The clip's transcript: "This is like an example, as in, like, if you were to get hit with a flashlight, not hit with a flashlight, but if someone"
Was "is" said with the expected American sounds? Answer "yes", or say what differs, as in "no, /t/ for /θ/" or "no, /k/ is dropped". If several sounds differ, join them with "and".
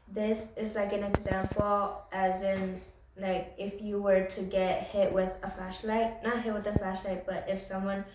yes